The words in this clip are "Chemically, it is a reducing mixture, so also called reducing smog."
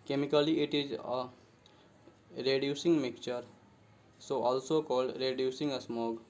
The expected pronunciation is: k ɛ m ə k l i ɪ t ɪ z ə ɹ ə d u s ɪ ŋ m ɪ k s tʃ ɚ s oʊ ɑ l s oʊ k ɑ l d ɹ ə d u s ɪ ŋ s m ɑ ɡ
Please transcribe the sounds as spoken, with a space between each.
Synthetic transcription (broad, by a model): k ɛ m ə k l i ɪ t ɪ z ə ɹ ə d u s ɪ ŋ m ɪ k tʃ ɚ s oʊ ɑ l s oʊ k ɑ l d ɹ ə d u s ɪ ŋ s m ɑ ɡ